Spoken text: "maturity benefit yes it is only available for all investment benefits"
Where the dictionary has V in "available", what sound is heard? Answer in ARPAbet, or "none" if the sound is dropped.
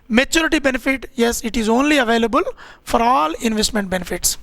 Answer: V